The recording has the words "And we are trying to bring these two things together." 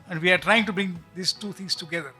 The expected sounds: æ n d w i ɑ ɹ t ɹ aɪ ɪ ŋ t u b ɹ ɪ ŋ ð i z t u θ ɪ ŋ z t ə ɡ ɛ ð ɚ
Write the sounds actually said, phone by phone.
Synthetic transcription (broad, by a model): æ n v i ɑ ɹ t ɹ aɪ ɪ ŋ t u b ɹ ɪ ŋ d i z t u t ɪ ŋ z t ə ɡ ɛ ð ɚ